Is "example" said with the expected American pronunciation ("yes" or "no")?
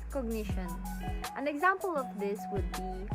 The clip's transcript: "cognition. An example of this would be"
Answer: yes